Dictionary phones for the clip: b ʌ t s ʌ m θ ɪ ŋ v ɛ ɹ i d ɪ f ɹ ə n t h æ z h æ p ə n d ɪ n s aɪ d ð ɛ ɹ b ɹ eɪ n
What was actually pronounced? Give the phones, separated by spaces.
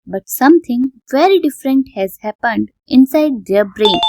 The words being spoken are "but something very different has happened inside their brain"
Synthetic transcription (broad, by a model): b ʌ t s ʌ m t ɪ ŋ v ɛ ɹ i d ɪ f ɹ ə n t h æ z h æ p ə n d ɪ n s aɪ d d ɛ ɹ b ɹ eɪ n